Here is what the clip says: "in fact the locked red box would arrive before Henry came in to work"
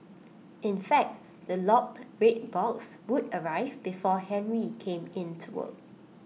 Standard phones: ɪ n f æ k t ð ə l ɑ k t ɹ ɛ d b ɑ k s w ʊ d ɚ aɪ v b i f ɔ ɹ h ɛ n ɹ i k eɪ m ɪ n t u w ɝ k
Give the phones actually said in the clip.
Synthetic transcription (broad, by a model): ɪ n f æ k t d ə l ɑ k t ɹ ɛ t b ɑ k s w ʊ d ɚ aɪ v b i f ɔ h ɛ n ɹ i k eɪ m ɪ n t u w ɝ